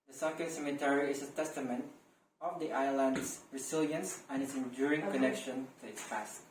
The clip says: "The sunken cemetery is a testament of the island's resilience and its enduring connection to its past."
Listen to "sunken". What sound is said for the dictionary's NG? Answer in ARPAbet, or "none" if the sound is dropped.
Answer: none